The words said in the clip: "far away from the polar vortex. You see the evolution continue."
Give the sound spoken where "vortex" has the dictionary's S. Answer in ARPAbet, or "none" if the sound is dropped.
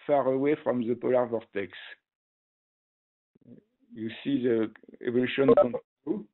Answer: S